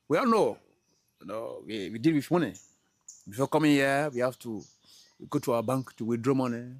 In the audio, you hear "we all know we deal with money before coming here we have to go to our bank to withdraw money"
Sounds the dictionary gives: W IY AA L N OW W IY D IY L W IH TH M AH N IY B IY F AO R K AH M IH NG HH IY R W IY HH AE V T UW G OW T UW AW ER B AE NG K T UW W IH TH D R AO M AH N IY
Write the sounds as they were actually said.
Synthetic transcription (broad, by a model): W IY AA N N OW W IY D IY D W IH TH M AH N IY B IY F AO K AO M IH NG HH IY W IY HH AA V T UW G OW T UW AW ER B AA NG K T UW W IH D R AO M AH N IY